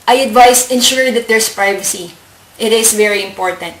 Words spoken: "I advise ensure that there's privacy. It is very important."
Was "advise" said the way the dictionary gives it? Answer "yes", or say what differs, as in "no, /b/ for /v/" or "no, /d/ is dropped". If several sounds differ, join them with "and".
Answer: no, /s/ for /z/